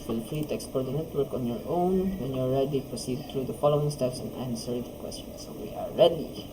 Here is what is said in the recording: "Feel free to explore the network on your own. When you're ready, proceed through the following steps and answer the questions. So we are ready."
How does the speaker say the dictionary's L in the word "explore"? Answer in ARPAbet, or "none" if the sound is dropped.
none